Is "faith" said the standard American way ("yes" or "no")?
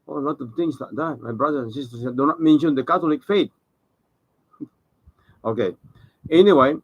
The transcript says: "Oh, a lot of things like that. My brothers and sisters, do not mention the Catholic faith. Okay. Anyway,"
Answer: no